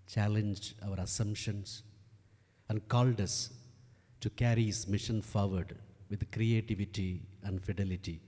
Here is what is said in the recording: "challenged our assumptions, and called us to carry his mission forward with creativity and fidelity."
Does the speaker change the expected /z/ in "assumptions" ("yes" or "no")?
yes